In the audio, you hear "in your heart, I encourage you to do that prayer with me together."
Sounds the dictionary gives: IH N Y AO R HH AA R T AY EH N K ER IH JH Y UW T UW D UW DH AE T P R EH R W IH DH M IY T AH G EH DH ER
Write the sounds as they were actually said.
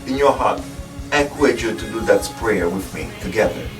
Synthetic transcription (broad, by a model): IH N Y AO R HH AA R T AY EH K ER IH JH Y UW T UW D UW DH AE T P R EH R W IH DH M IY T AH G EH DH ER